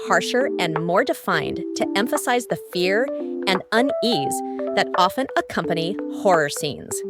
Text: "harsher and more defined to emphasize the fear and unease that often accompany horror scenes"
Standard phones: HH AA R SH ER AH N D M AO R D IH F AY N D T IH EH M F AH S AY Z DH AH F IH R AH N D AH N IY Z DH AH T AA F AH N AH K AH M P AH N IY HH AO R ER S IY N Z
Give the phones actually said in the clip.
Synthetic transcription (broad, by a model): HH AA R SH ER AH N M AO R D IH F AY N T IH EH M F AH S AY Z DH AH F IH R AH N AH N IY Z DH AH T AA F AH N AH K AH M P AH N IY HH AO R ER S IY N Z